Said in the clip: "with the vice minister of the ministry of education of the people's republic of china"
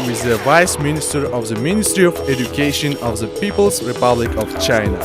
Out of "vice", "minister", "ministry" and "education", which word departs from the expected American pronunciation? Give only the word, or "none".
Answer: none